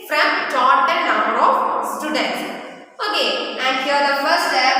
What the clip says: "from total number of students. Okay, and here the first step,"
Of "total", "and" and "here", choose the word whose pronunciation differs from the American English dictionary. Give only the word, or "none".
total